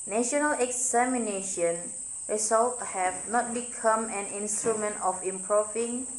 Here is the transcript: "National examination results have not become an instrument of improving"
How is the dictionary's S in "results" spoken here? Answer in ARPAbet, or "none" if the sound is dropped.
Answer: none